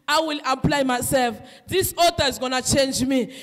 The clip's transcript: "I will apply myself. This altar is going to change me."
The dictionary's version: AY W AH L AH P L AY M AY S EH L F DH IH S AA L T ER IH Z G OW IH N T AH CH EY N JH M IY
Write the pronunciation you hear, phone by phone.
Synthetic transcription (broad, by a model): AY W AH L AH P L AY M AY S EH L F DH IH S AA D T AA IH Z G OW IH N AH CH EY N JH M IY